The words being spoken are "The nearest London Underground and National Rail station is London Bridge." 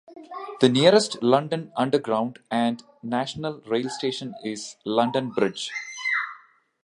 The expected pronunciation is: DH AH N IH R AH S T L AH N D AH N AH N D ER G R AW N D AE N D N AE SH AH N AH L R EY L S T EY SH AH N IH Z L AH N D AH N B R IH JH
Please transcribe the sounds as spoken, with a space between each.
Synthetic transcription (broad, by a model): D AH N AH R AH S T L AH N D AH N AH N D ER G R AW N D AE N D N AE SH AH N AH L R EY L S T EY SH AH N IH Z L AH N D AH N B R IH JH